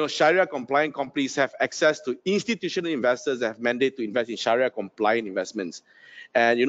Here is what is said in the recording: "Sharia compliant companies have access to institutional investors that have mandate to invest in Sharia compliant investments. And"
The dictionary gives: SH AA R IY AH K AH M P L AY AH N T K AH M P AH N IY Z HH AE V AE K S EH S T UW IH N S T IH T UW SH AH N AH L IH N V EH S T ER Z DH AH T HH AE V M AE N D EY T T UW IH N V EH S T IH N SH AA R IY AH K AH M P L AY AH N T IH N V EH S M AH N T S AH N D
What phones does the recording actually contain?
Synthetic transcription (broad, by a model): SH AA R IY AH K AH M P L AY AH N K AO M P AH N IY S HH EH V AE K S EH S T UW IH N S T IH T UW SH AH N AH L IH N V EH S T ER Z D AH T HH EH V M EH N D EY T T UW IH N V EH S T IH N SH AA R IY AH K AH M P L AY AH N IH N V EH S M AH N T S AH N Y